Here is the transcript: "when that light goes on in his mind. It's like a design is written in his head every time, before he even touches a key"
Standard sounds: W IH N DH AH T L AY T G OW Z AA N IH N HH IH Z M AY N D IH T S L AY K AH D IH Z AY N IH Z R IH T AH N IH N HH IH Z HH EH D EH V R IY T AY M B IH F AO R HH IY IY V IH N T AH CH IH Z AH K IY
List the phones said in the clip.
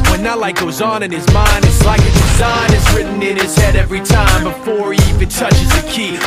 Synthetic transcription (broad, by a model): W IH N DH AH T L AY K G OW Z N IH N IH Z M AY N D IH T S L AY K AH D IH Z AY N IH Z R IH T N IH N IH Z HH EH D EH V R IY T AY M B IH F AO R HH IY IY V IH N T AH CH IH Z AH K IY